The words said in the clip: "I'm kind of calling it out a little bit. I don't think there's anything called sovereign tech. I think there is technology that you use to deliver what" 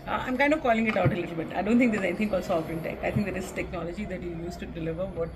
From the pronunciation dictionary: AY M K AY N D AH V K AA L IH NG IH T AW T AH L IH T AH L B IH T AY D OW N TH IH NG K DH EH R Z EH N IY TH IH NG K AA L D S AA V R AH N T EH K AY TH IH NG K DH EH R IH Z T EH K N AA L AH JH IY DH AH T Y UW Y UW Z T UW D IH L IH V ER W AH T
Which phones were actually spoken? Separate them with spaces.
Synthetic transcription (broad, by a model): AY M K AY N D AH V K AA L IH NG IH T AW T AH L IH T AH L B IH T AY D OW N T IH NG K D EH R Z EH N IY T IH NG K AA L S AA F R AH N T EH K AY T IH NG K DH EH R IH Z T EH K N AA L AH JH IY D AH T Y UW Y UW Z T UW D IH L IH V ER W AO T